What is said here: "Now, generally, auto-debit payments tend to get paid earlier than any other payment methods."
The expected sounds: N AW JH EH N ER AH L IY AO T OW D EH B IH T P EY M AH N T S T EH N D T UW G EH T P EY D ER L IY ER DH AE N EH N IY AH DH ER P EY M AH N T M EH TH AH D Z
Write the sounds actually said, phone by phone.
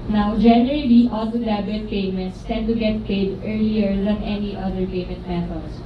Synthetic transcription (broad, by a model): N AW JH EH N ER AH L IY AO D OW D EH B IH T P EY M AH N T S T EH N D T UW G EH T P EY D ER L IY ER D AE N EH N IY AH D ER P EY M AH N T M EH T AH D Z